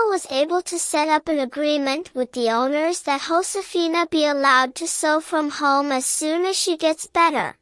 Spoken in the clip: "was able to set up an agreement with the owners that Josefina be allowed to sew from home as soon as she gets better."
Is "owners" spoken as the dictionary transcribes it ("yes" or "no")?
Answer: yes